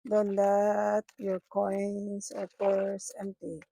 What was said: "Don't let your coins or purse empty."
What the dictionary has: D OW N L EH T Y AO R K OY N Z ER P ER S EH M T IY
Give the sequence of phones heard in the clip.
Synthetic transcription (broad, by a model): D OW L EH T Y AO R K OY N S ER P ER S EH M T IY